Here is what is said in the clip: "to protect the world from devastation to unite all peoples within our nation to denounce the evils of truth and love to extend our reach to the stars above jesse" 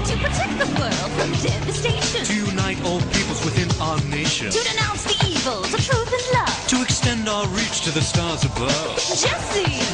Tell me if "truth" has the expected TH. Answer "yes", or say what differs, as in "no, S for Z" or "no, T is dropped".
yes